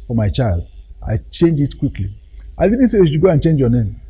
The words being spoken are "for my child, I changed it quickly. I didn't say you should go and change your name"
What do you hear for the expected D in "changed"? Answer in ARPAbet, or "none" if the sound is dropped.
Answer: none